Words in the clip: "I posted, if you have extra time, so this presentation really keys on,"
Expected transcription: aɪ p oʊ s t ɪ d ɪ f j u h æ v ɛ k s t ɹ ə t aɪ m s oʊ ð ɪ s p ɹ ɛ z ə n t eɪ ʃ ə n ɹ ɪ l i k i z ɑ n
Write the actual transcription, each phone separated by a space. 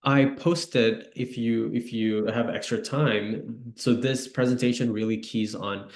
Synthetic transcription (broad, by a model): aɪ p oʊ s t ɪ d ɪ f j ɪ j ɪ v ɛ k s t ɹ ə t aɪ m s oʊ ð ɪ s p ɹ ɛ z ə n t eɪ ʃ ə n ɹ ɪ l i k i z n